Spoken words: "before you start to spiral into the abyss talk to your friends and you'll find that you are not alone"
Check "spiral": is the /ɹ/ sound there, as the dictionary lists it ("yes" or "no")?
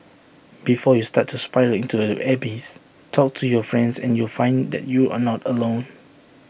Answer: no